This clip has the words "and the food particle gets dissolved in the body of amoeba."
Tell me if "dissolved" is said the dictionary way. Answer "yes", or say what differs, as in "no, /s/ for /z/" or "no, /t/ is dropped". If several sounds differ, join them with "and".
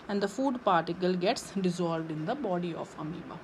yes